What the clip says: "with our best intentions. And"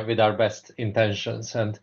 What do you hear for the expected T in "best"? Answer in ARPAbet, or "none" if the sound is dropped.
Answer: T